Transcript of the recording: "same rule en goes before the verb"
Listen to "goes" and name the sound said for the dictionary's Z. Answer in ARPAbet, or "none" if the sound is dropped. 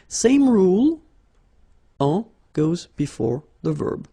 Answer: Z